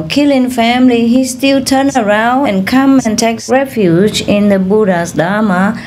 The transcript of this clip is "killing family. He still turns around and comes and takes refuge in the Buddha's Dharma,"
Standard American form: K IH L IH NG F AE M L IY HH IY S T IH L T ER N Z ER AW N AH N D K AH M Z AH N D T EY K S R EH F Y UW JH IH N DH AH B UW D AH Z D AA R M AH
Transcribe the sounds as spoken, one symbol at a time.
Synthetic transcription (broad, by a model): K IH L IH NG F AE M L IY HH IY S T IH L T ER N ER AW N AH N K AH M AH N T EY K S R EH F Y UW JH IH N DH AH B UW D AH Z D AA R M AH